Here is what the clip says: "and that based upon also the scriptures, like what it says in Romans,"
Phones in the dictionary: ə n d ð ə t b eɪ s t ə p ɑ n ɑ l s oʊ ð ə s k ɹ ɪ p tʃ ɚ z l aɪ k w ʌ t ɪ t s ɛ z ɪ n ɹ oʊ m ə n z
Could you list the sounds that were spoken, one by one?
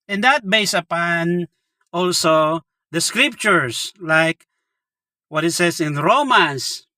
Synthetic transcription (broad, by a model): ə n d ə t b eɪ s ə p ɑ n ɑ l s oʊ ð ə s k ɹ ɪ p tʃ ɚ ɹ l aɪ k w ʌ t ɪ t s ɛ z ɪ n ɹ oʊ m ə n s